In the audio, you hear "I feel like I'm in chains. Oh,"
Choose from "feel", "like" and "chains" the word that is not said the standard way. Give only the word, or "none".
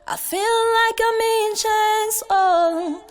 chains